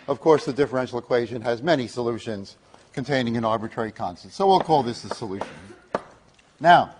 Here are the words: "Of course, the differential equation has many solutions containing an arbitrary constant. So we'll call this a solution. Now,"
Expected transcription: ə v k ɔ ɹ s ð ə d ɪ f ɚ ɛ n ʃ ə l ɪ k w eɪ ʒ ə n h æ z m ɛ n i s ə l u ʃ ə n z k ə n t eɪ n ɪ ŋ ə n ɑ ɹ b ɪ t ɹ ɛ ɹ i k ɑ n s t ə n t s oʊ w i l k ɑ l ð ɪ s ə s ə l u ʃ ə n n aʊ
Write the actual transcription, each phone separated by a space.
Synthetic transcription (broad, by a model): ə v k ɔ ɹ s ð ə d ɪ f ɚ ɛ n ʃ l ɪ k w eɪ ʒ ə n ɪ z m ɛ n i s ə l u ʃ ə n z k ə n t eɪ n ɪ ŋ ə n ɑ ɹ b ɪ t ɹ ɛ ɹ i k ɑ n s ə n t s oʊ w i l k ɑ l ð ɪ s ə s ə l u ʃ ə n n aʊ